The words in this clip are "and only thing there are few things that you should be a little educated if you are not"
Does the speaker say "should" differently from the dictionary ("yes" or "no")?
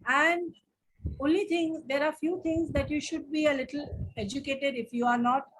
no